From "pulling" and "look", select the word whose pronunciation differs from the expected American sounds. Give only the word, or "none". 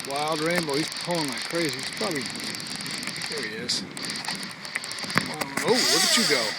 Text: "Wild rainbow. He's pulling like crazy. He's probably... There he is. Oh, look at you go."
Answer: look